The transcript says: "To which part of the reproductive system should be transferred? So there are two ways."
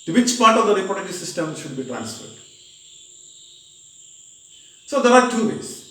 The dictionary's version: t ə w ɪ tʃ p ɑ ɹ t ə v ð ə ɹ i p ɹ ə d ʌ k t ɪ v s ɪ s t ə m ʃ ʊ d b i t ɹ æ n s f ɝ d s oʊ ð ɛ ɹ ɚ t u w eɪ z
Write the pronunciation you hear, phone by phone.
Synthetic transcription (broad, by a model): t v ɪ tʃ p ɑ ɹ t ə v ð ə ɹ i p ə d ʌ t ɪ s ɪ s t ə m ʃ ʊ d b i t ɹ æ n s f ɝ d s oʊ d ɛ ɹ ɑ t u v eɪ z